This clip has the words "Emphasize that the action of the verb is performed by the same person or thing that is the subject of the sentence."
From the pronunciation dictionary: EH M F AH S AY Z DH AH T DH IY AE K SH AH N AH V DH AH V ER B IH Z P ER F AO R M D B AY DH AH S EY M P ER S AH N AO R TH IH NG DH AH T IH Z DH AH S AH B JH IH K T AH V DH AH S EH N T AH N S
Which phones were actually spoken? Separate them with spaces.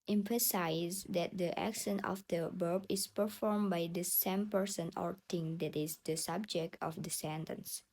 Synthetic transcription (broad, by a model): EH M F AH S AY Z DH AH T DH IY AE K S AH N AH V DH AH B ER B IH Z P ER F AO R M B AY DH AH S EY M P ER S AH N AO R T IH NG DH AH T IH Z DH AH S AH B JH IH K T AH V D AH S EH N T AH N S